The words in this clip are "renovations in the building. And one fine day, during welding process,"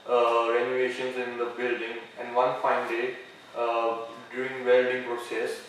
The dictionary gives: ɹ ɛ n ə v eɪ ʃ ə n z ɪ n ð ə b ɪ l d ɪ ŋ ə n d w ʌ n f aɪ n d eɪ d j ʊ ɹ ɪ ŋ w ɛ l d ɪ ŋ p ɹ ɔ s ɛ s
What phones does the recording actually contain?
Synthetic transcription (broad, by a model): ɹ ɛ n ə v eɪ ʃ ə n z ɪ n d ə b ɪ l d ɪ ŋ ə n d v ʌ n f aɪ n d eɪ d j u ɹ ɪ ŋ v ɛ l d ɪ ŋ p ɹ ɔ s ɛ s